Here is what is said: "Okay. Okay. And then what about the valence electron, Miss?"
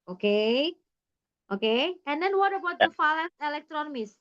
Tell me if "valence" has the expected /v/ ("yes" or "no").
no